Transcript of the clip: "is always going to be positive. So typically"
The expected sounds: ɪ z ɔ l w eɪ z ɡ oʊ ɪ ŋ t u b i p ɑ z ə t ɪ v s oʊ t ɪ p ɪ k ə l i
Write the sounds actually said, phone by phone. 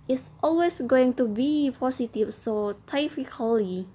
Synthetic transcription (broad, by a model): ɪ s ɔ l w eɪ s ɡ oʊ ɪ ŋ t u b i p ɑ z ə t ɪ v s oʊ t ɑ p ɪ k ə l i